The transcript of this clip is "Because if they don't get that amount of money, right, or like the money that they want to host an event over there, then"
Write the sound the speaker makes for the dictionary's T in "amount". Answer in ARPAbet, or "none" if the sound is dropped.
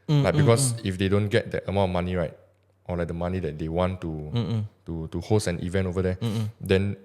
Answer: none